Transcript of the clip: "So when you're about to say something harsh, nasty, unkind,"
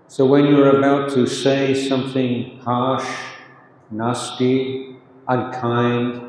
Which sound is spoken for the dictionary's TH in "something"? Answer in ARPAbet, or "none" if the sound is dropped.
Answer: TH